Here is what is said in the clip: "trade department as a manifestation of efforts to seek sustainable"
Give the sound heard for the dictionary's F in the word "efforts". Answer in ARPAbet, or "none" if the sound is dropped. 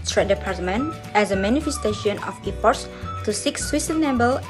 P